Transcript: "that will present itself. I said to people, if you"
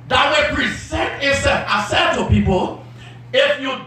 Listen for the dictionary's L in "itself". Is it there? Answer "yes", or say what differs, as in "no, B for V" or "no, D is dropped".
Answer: no, L is dropped